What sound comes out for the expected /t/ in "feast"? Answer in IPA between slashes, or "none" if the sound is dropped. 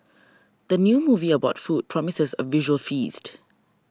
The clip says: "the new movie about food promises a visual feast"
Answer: /t/